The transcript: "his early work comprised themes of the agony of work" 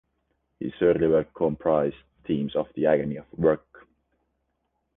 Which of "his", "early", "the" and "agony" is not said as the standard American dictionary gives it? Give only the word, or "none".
his